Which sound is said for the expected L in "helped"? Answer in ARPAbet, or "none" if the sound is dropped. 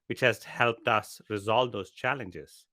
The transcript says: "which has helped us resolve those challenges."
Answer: L